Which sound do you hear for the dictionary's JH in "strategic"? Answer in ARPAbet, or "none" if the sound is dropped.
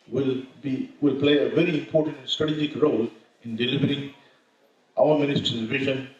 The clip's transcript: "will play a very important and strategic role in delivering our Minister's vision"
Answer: JH